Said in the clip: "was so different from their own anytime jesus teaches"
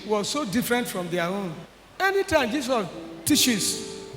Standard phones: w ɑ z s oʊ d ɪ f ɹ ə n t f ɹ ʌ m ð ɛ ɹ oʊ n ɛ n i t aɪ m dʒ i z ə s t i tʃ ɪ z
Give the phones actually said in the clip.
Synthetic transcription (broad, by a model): w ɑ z s oʊ d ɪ f ɹ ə n t f ɹ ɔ m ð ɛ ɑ oʊ n ɛ n i t aɪ m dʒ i s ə t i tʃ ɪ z